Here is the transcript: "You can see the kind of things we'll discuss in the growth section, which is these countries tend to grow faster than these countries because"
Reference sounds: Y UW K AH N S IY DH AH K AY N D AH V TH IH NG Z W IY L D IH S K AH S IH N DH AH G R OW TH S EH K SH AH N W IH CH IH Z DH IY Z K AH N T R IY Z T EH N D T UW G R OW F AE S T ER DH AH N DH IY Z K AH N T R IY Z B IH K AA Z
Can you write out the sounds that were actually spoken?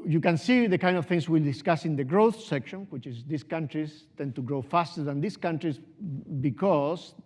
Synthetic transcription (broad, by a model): Y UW K AH N S IY DH AH K AY N D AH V TH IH NG S W IY L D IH S K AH S IH N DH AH G R OW TH S EH K SH AH N W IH CH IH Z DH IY S K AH N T R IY S T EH N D T UW G R OW F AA S T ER DH AH N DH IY S K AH N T R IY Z B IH K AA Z